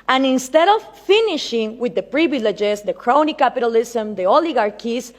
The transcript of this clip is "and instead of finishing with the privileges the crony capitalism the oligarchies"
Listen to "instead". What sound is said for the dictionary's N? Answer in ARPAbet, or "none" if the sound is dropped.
N